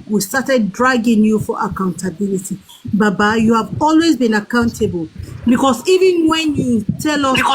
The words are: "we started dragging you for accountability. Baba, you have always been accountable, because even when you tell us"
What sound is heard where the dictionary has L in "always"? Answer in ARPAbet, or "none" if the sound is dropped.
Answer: L